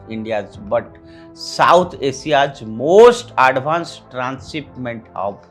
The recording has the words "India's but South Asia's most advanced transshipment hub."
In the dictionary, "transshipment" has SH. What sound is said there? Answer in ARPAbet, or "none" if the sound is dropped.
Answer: S